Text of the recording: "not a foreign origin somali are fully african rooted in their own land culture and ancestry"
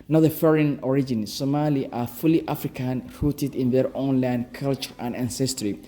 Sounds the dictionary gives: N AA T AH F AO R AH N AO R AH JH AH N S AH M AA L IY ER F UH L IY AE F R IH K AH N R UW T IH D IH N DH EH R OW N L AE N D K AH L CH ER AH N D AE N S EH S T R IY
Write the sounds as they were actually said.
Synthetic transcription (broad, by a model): N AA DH AH F AO R AH N AO R AH JH AH N S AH M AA L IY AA F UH L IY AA F R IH K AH N R UW T IH D IH N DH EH R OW N L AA N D K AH L CH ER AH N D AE N S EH S T R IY